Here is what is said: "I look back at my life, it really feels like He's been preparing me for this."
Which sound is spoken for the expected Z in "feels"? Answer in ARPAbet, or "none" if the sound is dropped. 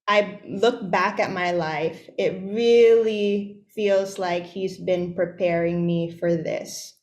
Z